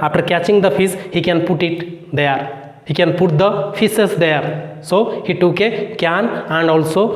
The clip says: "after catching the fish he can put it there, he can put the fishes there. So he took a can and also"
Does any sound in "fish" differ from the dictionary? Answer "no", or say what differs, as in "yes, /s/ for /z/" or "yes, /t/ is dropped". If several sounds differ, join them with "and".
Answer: yes, /s/ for /ʃ/